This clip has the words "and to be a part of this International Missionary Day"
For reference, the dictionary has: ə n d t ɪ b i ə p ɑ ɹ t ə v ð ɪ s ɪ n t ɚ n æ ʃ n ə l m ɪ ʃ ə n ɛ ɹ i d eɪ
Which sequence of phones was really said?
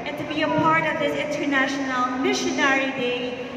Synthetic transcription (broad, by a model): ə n t ɪ b i ə p ɑ ɹ t ə v ð ɪ s ɪ n t ɚ n æ ʃ n ə l m ɪ ʃ ə n ɛ ɹ i d eɪ